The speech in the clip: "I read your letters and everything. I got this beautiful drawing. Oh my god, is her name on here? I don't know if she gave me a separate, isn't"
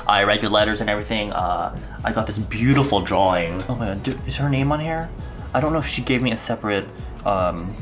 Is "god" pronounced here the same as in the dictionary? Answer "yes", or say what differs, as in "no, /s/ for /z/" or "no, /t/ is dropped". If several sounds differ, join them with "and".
no, /d/ is dropped